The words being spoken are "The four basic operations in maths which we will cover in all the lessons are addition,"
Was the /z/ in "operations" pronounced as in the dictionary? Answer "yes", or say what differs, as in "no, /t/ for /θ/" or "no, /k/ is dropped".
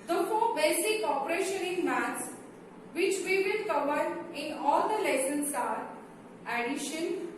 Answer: no, /z/ is dropped